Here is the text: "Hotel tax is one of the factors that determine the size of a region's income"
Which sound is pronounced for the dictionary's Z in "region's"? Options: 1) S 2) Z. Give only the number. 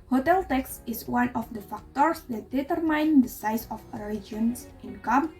1